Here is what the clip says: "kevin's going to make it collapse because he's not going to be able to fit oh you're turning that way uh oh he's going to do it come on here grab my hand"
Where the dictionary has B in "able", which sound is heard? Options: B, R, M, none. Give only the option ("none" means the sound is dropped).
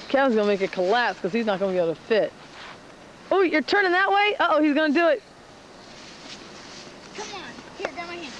none